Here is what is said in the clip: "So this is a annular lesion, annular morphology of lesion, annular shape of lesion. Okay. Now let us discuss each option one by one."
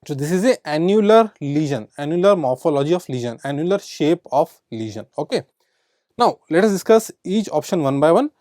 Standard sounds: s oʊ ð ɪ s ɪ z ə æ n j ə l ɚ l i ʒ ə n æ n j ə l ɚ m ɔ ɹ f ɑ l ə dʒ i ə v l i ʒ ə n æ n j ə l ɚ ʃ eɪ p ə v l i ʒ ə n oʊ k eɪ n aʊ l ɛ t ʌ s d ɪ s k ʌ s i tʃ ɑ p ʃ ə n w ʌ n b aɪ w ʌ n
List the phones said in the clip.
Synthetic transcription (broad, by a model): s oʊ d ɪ s ɪ z ə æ n j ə l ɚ l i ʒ ə n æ n j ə l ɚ m ɔ ɹ f ɑ l ə dʒ i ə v l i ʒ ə n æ n j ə l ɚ ʃ eɪ p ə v l i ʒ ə n oʊ k eɪ n aʊ l ɛ t ʌ s d ɪ s k ʌ s i tʃ ɑ p ʃ ə n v ʌ n b aɪ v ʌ n